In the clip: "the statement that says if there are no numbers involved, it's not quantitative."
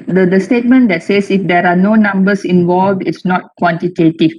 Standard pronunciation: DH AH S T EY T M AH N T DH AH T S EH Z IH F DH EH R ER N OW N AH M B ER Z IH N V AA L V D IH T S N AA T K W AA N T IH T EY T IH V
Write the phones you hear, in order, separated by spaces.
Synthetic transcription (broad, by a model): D AH S T EY T M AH N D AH T S EH S IH F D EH R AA N OW N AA M B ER S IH N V AA L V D IH T S N AA T K W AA N T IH T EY T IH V